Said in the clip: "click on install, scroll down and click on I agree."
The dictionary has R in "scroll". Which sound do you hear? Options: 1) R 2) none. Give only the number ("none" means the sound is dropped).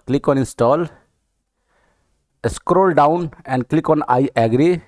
1